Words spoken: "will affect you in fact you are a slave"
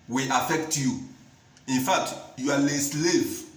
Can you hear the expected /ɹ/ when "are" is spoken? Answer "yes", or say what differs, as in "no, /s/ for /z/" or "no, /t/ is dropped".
no, /l/ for /ɹ/